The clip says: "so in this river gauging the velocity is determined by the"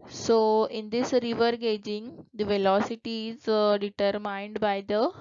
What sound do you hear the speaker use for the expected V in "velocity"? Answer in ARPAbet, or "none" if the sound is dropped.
V